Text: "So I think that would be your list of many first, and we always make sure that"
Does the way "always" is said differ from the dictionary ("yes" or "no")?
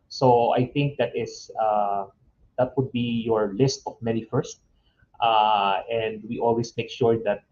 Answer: yes